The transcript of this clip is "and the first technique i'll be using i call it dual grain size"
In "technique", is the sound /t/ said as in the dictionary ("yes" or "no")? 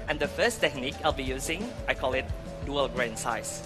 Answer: yes